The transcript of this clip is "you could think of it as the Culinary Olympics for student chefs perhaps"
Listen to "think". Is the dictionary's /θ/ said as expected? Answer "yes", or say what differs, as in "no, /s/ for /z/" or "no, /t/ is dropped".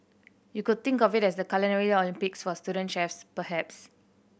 no, /t/ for /θ/